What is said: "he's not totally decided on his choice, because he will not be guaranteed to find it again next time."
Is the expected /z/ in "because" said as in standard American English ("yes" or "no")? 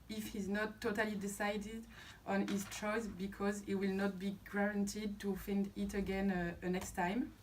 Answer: yes